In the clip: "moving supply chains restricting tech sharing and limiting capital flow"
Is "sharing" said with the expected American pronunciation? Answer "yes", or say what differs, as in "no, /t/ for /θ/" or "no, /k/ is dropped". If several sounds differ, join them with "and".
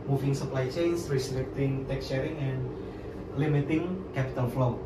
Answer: no, /s/ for /ʃ/